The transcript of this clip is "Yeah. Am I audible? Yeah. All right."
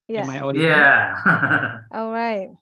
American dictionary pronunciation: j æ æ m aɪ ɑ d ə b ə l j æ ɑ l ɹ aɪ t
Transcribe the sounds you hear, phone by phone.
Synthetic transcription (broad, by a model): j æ æ m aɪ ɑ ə ə j æ ɑ l ɹ aɪ t